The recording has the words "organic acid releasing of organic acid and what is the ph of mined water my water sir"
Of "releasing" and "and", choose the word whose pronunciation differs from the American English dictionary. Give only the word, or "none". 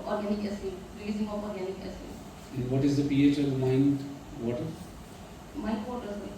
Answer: releasing